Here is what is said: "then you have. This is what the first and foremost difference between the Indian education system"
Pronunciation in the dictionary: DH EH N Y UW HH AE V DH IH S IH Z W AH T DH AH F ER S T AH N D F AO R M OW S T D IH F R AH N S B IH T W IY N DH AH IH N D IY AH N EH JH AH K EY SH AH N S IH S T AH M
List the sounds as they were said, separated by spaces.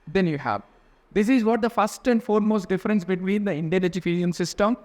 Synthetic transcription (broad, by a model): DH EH N Y UW HH AE V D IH S IH Z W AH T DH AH F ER S T AH N D F AO R M OW S T D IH F R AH N S B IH T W IY N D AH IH N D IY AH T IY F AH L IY AH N S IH S T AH M